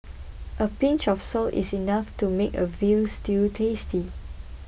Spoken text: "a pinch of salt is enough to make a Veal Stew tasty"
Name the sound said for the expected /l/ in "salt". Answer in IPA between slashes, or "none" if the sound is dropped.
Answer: /l/